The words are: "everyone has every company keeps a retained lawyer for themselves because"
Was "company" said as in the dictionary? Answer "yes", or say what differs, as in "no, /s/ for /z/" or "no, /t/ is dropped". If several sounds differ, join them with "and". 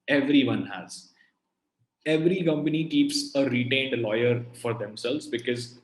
yes